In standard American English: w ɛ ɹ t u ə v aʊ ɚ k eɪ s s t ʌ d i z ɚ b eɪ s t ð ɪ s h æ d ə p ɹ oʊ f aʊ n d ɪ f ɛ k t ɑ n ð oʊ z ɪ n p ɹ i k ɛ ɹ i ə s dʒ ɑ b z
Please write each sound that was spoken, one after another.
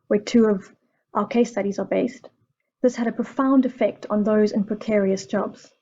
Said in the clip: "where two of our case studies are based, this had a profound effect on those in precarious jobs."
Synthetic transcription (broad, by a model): w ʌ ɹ t u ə v aʊ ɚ k eɪ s s t ʌ d i z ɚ b eɪ s t ð ɪ s h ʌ d ə p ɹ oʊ f aʊ n d ɪ f ɛ k t n ð oʊ z ɪ n p ɹ i k ɛ ɹ i ə s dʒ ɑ b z